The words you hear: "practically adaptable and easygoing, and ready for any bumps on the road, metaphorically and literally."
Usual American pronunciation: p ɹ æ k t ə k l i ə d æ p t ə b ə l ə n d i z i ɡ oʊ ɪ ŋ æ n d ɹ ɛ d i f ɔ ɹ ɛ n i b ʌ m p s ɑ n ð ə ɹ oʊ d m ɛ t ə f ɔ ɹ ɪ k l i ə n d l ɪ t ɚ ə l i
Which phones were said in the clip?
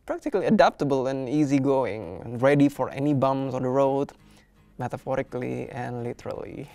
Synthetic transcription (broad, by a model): p ɹ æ k t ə k l i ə d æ p t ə b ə l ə n i z i ɡ oʊ ɪ ŋ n ɹ ɛ d i f ɔ ɹ ɛ n i b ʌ m s ɑ n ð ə ɹ oʊ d m ɛ t ə f ɔ ɹ ɪ k l i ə n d l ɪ t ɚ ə l i